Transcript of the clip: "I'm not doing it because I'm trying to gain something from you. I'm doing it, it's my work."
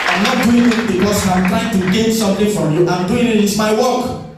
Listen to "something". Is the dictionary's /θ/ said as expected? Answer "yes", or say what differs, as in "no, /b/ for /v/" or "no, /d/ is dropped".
no, /t/ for /θ/